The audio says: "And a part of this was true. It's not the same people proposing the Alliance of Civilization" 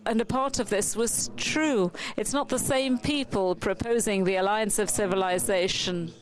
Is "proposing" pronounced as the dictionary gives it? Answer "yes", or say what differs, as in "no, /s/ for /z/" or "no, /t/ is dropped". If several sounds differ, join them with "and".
yes